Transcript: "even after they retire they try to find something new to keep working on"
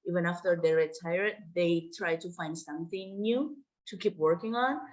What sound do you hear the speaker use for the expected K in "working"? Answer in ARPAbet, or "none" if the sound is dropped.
K